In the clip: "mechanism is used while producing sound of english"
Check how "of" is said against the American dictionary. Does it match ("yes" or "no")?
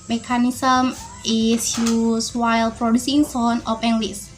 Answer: no